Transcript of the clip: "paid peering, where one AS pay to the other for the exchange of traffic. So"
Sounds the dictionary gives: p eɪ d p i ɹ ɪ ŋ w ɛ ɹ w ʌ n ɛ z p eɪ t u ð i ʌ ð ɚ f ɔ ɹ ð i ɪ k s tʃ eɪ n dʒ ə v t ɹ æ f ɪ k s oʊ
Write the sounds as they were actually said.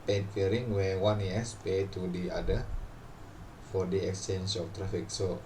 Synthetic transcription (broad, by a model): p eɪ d f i ɹ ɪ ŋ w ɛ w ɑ n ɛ s p eɪ t u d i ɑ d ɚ f ɔ ɹ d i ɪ k s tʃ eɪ n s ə f t ɹ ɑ f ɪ k s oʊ